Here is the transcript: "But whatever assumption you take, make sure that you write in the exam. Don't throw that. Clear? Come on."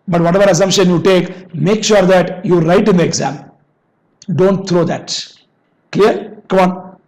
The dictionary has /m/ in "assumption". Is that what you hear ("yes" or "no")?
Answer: yes